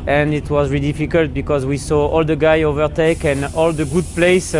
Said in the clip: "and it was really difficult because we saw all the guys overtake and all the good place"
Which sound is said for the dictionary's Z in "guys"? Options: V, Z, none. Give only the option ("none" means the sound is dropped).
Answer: none